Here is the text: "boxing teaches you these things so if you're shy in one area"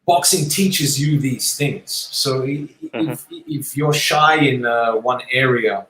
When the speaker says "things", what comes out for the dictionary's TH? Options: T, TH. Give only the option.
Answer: TH